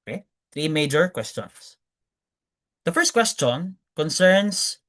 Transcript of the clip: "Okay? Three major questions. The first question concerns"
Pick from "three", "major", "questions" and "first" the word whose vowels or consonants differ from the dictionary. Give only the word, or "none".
questions